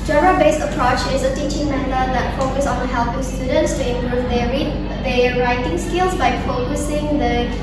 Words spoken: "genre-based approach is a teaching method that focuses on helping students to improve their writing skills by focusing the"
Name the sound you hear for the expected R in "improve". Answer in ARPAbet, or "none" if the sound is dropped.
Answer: none